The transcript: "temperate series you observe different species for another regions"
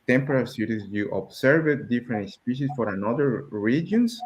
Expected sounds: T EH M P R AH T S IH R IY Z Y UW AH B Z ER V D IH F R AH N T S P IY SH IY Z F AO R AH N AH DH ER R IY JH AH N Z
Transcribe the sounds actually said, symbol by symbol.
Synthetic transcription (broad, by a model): T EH M P R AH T S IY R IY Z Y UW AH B S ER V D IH F R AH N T S P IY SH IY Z F AO R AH N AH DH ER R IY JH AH N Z